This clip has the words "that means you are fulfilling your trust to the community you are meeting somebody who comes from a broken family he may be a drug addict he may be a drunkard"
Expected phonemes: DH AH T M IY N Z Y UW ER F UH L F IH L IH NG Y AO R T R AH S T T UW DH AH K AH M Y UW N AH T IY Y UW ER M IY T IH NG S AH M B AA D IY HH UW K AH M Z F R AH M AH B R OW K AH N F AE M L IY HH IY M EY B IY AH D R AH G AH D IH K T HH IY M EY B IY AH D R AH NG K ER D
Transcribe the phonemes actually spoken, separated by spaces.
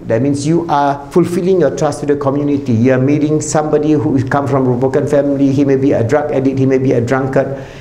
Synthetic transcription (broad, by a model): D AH T M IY N S Y UW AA F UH L F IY L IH NG Y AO T R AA S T T UW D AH K AH M Y UW N AH T IY Y UW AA M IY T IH NG S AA M B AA D IY HH UW K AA M F R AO M AH B OW K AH N F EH M L IY HH IY M EY B IY AH D R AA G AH D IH T HH IY M EY B IY AH D R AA NG K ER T